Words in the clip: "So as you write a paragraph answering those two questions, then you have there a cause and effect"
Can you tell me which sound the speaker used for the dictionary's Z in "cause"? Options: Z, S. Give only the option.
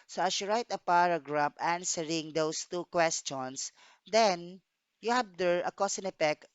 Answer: S